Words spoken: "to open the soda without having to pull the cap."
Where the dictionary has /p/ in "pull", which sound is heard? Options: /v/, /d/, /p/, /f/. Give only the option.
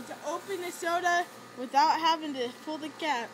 /f/